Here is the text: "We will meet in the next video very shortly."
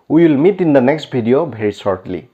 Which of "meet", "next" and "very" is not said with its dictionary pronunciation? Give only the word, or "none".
very